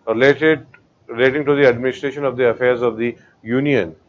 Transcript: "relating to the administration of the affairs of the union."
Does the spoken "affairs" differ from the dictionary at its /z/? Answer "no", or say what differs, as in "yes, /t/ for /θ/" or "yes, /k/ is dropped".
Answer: no